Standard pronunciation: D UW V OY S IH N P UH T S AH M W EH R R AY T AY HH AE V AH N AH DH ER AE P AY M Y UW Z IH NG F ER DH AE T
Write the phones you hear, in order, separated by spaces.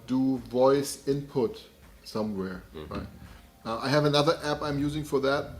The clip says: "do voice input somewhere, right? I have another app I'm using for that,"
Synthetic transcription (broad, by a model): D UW V OY S IH N P UH T S AH M W EH R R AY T AY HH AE V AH N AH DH ER AE P AY M Y UW Z IH NG F ER DH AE T